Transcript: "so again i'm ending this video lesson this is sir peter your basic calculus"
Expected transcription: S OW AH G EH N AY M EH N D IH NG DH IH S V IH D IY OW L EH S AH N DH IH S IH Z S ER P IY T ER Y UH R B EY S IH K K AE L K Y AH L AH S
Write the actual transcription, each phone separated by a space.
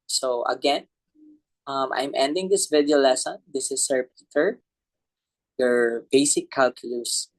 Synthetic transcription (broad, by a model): S OW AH G EH N AY M EH N D IH NG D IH S V IH D IY OW L EH S AH N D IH S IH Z S ER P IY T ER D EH R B EY S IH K K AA L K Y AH L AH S